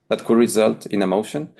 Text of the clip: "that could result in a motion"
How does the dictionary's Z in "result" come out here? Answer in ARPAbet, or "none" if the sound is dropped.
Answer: Z